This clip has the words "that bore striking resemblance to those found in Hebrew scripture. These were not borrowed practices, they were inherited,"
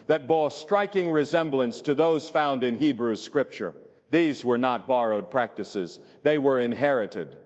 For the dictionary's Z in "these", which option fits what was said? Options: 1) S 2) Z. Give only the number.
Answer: 2